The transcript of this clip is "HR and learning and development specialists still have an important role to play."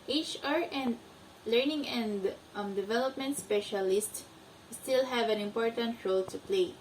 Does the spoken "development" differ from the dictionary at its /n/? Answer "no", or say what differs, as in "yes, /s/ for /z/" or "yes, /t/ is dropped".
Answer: no